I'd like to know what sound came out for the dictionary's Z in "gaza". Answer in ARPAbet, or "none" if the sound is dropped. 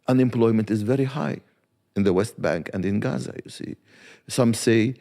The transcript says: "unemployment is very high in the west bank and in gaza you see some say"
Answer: Z